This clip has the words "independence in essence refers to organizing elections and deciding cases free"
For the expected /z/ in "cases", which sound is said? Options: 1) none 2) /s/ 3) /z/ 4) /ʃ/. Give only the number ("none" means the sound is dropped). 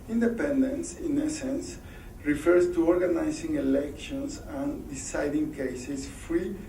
2